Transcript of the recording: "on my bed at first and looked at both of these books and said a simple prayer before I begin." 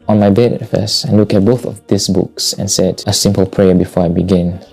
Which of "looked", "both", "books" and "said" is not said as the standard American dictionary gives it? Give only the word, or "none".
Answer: looked